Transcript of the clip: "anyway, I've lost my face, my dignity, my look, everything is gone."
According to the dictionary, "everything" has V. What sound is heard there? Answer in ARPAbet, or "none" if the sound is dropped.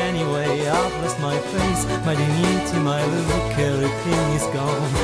none